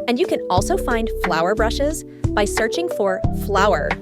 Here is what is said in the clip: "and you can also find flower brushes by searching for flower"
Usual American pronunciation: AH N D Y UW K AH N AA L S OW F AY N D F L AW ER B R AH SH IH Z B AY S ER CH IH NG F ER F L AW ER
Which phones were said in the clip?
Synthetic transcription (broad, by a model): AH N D Y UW K AH N AA L S OW F AY N D F L AW ER B R AH SH IH Z B AY S ER CH IH NG F ER F L AW ER